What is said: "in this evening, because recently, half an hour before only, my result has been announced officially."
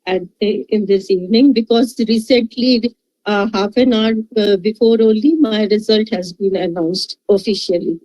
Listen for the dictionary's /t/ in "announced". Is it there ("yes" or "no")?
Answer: yes